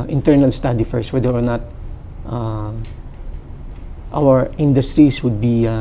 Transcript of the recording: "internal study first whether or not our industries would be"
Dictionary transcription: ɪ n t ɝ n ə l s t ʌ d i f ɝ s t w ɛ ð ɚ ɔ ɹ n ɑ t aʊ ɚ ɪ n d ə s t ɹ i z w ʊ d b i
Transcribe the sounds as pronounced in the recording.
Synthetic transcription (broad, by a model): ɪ n t ɝ n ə l s t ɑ d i f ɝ s w ɛ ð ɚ ɔ ɹ n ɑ t aʊ ɚ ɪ n d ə s t ɹ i s w ʊ d b i